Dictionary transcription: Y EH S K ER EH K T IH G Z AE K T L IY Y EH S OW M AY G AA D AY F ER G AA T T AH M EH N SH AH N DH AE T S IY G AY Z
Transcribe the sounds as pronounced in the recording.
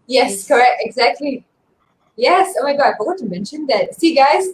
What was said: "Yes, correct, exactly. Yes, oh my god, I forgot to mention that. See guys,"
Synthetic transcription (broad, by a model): Y EH S K ER EH K T IH G Z AE K T L IY Y EH S OW M AY G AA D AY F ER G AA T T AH M EH N SH AH N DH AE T S IY G AY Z